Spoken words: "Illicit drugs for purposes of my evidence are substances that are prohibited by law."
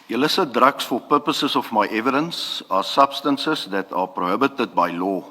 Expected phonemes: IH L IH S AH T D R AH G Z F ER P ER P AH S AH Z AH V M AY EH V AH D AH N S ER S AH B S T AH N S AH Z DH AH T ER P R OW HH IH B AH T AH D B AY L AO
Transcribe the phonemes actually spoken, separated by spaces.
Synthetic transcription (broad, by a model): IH L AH S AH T D R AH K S F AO P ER P AH S AH S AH F M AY EH V AH D AH N S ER S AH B S T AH N S AH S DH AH T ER P R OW HH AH B AH T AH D B AY L AO